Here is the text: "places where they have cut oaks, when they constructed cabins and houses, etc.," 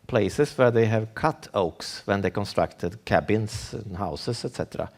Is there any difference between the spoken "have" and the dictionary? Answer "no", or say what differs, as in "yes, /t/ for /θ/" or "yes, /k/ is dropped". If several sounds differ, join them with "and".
no